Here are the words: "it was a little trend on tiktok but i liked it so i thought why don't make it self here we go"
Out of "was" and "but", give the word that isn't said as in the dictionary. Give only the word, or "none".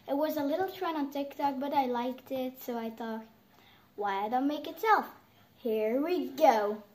none